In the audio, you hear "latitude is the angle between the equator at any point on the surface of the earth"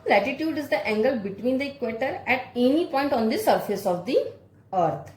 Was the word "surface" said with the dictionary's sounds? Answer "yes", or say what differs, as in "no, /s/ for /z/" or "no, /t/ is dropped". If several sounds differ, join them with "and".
yes